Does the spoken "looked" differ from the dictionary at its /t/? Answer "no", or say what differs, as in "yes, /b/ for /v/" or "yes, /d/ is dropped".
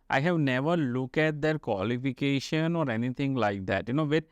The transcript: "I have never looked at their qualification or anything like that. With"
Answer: yes, /t/ is dropped